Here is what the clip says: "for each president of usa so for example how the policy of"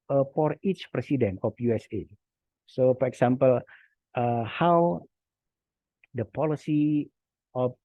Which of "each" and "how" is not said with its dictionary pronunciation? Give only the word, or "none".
none